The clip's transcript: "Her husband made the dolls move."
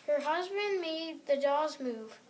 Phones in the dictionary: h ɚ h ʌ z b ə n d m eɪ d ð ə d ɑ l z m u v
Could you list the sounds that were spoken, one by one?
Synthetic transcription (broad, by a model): h ɚ h ʌ z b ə n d m eɪ d ð ə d ɑ z m u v